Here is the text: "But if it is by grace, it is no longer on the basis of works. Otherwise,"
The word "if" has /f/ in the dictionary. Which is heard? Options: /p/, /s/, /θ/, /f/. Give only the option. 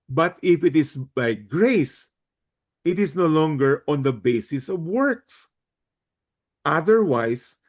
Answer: /f/